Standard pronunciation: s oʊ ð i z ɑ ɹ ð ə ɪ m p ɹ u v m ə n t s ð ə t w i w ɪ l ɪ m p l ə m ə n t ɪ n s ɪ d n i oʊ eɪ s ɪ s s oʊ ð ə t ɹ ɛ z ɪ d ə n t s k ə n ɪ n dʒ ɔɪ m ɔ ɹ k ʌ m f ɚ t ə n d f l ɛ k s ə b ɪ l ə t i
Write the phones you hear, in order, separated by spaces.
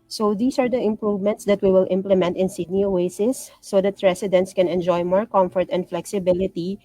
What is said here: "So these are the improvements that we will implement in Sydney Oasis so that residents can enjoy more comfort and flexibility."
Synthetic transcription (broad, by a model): s oʊ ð i s ɑ ɹ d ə ɪ m p ɹ u v m ə n t s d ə t w i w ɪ l ɪ m p l ə m ə n t ɪ n s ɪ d n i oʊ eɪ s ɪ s s oʊ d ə t ɹ ɛ s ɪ d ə n t s k ə n ɪ n dʒ ɔɪ m ɔ ɹ k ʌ m f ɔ t ə n d f l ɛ k s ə b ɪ l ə t i